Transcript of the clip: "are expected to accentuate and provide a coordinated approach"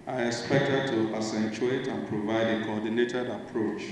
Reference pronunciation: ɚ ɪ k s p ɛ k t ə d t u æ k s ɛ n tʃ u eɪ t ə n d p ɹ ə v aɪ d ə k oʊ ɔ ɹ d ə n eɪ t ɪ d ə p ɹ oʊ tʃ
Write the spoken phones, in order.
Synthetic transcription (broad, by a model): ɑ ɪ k s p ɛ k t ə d t u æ s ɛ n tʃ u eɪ t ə n p ɹ ə v aɪ d ə k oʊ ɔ d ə n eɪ t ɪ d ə p ɹ oʊ tʃ